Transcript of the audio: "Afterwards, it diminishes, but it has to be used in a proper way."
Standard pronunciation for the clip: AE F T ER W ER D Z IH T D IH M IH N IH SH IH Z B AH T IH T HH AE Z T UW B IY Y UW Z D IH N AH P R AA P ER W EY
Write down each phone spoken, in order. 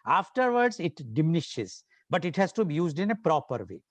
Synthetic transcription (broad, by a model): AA F T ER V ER D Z IH T D IH M IH N IH SH IH Z B AH T IH T HH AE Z T UW B IY Y UW Z D IH N AH P R AA P ER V EY